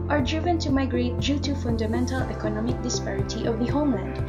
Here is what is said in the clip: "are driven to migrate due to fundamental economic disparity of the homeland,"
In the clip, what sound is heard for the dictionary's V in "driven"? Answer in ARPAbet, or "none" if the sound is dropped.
V